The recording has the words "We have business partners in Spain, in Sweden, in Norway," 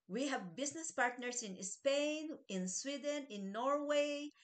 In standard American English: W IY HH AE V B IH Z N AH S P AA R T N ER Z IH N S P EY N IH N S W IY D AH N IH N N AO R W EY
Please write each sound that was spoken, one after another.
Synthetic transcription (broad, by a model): W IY HH AE V B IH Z N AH S P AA R T N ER S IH N S P EY N IH N S W IY D AH N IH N N AO R W EY